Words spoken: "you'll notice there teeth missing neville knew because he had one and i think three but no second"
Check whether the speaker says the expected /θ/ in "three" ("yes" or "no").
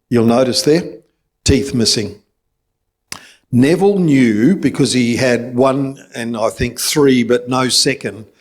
yes